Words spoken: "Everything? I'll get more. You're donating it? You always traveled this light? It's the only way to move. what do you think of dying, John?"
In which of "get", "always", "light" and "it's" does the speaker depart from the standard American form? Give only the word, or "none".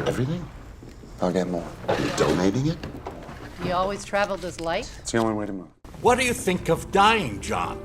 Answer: light